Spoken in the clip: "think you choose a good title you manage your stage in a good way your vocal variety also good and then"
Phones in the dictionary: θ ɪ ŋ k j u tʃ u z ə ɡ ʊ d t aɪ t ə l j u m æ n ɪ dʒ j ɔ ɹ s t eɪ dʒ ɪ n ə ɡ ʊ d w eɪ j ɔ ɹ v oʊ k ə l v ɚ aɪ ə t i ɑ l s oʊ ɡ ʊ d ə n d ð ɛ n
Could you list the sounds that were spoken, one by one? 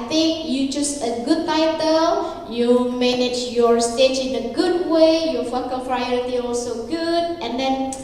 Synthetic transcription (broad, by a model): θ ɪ ŋ k j u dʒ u s ə ɡ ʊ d t aɪ t ə l j u m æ n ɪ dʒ j ɔ ɹ s t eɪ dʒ ɪ n ə ɡ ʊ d w eɪ j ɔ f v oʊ k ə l p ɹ aɪ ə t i ɑ l s oʊ ɡ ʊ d ə n d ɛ n